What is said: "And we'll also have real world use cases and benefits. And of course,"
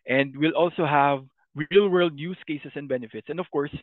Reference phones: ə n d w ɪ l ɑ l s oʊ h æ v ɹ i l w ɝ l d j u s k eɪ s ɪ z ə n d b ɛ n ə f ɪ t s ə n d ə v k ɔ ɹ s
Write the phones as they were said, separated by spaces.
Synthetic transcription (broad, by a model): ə n d w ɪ l ɑ l s oʊ h æ v ɹ i l w ɝ l d j u s k eɪ s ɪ s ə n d b ɛ n ə f ɪ t s ə n d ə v k ɔ ɹ s